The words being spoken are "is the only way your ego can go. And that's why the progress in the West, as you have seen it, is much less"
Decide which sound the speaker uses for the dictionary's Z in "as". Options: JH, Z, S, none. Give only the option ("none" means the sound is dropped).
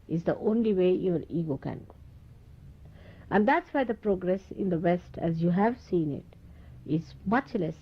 Z